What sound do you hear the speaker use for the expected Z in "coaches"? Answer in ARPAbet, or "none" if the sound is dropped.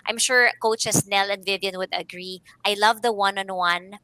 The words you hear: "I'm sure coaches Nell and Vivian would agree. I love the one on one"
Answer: S